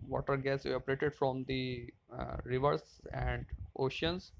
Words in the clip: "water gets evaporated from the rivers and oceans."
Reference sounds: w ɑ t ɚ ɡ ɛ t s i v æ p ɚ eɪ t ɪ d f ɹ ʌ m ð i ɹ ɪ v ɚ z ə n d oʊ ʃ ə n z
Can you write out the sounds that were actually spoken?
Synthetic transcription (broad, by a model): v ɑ t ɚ ɡ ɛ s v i ɔ p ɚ eɪ t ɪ d f ɹ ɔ m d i ɹ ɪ v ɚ s ə n d oʊ ʃ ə n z